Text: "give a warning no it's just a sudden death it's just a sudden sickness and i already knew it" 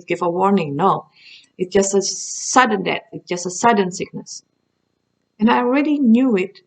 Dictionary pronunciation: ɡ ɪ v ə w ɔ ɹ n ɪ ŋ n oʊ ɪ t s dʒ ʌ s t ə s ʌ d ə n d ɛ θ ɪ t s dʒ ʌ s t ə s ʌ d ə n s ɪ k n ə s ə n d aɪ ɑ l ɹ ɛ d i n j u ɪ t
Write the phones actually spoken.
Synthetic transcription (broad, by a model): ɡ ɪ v ə w ɔ ɹ n ɪ ŋ n oʊ ɪ t s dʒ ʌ s t ə s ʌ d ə n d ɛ t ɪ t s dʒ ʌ s t ə s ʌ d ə n s ɪ k n ə s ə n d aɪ ɑ l ɹ ɛ d i n j u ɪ t